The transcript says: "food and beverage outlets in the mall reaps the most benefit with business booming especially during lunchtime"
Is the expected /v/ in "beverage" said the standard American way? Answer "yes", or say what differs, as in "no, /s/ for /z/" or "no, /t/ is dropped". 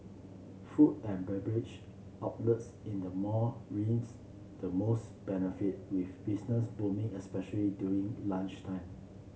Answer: no, /b/ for /v/